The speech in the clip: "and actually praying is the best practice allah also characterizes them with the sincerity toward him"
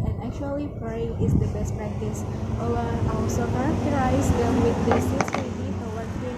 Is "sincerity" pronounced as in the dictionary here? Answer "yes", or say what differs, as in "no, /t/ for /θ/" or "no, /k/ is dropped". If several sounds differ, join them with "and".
no, /n/ is dropped